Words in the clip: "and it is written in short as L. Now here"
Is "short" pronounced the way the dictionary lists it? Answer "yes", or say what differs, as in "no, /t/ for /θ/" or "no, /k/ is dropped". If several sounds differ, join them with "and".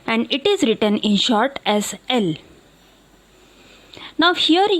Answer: yes